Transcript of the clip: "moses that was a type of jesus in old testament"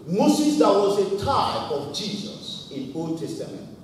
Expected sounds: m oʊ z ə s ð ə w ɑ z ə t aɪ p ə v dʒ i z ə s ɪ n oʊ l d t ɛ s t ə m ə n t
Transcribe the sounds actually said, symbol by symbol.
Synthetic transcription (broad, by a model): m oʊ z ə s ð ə w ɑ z ə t aɪ ə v dʒ i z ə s ɪ n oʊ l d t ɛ s t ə m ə n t